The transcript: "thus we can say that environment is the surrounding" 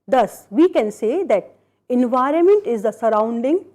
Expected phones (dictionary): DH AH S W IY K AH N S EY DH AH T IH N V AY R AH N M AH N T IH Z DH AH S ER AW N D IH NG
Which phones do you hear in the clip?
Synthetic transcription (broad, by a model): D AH S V IY K AH N S EY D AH T IH N V AY R AH N M AH N T IH Z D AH S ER AW N D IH NG